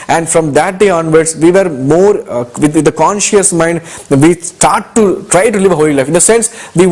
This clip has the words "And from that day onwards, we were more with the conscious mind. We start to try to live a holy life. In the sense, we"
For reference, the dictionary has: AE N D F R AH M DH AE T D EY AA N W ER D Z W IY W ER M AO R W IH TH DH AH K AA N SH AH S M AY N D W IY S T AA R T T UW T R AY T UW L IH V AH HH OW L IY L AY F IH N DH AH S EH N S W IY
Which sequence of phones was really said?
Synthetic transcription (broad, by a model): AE N D F R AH M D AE T D EY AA N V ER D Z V IY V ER M AO R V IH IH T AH K AA N SH AH S M AY N D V IY S T AA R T T UW T R AY T UW L IH V AH HH OW L IY L AY F IH N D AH S EH N S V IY